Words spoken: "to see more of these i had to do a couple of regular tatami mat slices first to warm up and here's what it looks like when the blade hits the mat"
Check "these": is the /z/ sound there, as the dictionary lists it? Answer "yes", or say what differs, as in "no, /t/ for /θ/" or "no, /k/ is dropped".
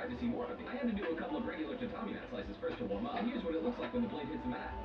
no, /z/ is dropped